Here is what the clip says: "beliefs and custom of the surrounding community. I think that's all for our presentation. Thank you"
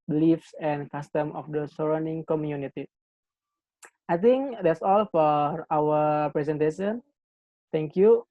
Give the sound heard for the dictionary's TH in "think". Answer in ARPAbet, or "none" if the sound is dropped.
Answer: T